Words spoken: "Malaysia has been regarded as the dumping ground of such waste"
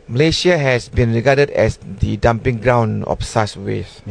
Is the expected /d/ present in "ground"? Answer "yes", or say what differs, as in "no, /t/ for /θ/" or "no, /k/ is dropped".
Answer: no, /d/ is dropped